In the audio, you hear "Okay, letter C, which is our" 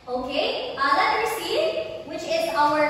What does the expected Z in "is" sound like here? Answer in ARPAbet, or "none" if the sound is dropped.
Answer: Z